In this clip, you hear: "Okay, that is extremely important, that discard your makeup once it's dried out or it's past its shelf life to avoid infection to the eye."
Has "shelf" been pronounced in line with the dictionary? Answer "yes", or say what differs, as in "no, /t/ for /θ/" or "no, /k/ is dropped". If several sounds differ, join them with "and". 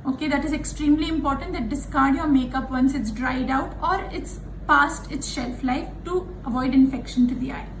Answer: yes